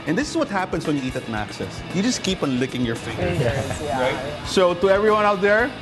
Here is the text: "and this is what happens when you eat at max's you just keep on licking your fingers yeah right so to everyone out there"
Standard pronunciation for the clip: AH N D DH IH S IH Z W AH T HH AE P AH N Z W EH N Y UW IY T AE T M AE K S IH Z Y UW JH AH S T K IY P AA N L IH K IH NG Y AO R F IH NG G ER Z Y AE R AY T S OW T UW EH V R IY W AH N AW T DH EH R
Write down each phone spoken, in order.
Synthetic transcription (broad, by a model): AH N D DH IH S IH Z W AH T HH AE P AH N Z W EH N Y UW IY T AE T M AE K S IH S Y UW JH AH S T K IY P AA N L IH K IH NG Y AO R F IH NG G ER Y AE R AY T S OW T UW EH V R IY W AH N AW T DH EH R